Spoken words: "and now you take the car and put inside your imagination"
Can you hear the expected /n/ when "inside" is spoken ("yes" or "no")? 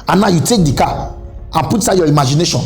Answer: no